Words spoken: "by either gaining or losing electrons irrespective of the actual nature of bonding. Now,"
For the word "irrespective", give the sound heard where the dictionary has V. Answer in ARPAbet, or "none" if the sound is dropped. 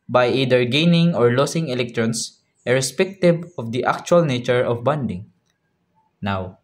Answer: B